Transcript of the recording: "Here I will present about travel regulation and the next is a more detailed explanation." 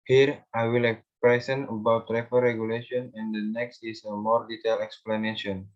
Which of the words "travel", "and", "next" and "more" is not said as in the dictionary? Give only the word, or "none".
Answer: travel